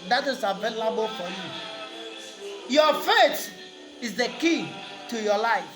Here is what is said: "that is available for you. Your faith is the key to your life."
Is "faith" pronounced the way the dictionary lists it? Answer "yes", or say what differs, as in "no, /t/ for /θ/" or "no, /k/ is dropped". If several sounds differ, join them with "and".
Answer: no, /t/ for /θ/